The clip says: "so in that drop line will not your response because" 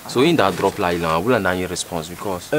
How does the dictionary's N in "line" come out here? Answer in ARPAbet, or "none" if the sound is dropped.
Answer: L